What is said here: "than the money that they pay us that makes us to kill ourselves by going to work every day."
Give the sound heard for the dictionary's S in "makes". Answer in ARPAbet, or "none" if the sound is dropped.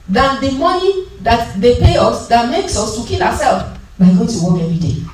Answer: S